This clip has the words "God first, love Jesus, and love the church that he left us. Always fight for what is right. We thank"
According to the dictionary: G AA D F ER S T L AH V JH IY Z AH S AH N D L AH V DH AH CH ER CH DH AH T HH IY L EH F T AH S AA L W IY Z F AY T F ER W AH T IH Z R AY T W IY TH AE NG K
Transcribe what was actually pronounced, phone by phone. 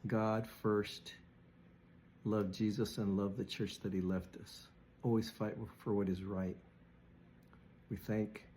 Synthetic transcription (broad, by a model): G AA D F ER S T L AH V JH IY Z AH S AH N L AH V DH AH CH ER CH DH AH T HH IY L EH F T AH S AA L W IY Z F AY T F ER W AH T IH Z R AY T W IY TH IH NG K